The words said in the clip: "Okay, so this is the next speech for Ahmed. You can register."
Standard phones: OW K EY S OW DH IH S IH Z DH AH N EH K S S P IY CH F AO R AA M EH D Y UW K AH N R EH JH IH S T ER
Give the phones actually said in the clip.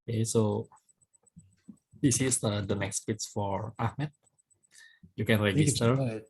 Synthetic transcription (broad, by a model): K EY S OW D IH S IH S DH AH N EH K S S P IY S F AO R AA M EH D Y UW K AH N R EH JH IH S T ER